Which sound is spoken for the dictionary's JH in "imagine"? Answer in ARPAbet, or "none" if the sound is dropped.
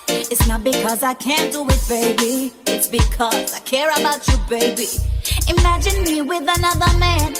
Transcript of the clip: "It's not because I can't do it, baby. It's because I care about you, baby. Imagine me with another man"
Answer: JH